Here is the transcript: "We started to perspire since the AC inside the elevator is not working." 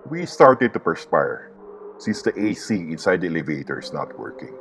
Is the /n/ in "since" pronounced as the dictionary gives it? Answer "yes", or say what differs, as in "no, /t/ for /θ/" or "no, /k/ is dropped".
yes